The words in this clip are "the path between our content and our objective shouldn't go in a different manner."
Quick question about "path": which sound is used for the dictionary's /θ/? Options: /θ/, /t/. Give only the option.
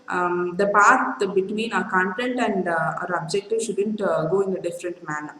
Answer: /t/